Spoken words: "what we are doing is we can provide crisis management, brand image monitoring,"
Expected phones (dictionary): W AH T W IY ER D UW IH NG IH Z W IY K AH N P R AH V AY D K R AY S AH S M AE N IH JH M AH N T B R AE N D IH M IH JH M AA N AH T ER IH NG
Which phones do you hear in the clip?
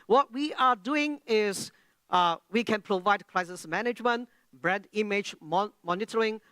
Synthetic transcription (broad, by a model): W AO T W IY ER D UW IH NG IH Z W IY K AH N P R AH V AY D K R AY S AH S M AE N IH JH M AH N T B R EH D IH M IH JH M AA N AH T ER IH NG